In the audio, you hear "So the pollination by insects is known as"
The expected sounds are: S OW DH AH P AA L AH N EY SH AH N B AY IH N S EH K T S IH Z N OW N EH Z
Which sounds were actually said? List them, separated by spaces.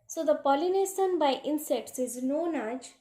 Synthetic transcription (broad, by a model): S OW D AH P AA L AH N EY S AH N B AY IH N S EH K T S IH Z N OW N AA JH